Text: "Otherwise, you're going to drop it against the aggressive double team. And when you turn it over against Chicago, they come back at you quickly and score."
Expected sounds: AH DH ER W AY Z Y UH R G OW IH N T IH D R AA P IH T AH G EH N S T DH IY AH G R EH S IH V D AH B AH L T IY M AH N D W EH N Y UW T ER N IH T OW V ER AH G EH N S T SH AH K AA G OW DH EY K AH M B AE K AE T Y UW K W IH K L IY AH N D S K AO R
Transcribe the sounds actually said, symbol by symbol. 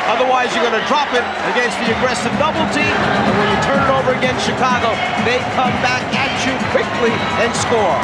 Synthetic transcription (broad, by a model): AH DH ER W AY Z Y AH R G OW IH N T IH D R AA P IH T AH G EH N S T DH IY AH G R EH S IH V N AH B L T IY AH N W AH N Y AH T ER N IH T OW V ER AH G EH N S T SH AH K AA G OW DH EY K AH M B AE K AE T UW K W IH K L IY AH N S K AO R